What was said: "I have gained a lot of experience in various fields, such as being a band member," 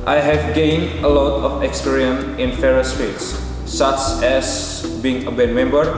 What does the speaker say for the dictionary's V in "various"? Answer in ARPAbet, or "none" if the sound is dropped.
F